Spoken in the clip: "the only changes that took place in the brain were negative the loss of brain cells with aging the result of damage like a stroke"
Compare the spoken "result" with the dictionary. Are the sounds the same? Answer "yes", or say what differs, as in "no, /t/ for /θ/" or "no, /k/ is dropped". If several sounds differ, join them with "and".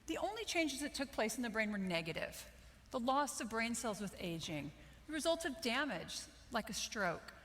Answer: yes